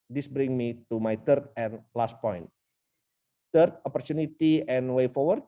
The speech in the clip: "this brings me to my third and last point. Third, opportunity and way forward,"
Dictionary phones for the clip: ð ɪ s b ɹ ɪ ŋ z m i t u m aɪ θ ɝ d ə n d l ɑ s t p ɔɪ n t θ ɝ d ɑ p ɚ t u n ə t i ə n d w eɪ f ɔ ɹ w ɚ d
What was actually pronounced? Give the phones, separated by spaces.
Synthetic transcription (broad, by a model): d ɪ s b ɹ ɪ ŋ m i t u m aɪ t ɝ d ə n l ɑ s t p ɔɪ n t t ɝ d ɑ p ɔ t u n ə t i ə n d w eɪ f ɔ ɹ w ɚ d